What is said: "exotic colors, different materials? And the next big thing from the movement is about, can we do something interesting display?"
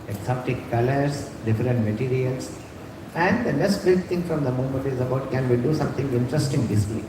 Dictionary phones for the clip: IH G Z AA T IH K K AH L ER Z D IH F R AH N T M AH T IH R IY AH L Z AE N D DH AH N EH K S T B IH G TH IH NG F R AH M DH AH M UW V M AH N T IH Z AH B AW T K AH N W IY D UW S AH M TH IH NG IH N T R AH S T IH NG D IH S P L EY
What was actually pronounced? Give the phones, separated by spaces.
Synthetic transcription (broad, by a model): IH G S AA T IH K K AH L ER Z D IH F R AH N T M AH T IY R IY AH L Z AE N D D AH N EH K S T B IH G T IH NG F R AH M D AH M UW M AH N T IH Z AH B AW T K AH N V IY D UW S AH M T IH NG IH N T R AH S T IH NG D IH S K L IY